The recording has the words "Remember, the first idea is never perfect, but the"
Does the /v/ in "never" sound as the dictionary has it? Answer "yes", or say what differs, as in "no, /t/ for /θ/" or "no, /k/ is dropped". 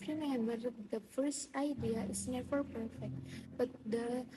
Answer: no, /f/ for /v/